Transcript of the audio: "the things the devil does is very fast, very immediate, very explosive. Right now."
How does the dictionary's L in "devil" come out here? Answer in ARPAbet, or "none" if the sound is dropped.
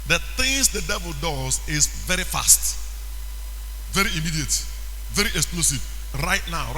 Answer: L